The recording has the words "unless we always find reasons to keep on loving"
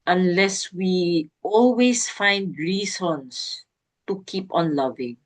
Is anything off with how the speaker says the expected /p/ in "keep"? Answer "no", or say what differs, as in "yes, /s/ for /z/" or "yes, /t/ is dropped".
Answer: no